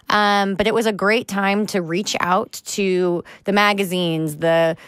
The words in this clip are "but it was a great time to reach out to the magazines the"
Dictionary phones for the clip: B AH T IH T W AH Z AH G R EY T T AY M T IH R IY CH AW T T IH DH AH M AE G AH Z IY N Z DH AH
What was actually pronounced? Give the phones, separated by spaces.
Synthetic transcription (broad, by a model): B AH T IH T W AH Z AH G R EY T T AY M T IH R IY CH AW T T IH DH AH M AE G AH Z IY N Z DH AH